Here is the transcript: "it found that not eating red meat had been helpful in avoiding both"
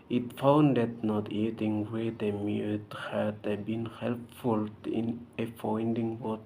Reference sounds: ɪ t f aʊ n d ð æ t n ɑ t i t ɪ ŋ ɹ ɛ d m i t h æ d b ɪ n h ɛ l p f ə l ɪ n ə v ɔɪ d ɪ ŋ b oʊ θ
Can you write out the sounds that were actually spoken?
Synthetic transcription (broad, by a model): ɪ t f aʊ n d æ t n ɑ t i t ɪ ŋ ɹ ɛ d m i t h æ d b ɪ n h ɛ l p f ə l ɪ n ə f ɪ d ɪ ŋ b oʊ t